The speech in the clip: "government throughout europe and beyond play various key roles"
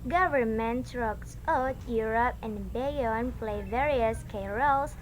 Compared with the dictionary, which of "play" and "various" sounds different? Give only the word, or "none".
none